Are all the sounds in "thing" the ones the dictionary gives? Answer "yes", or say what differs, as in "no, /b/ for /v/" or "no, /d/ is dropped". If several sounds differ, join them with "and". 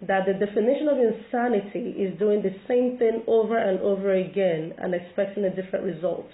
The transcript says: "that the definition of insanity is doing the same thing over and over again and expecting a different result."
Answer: yes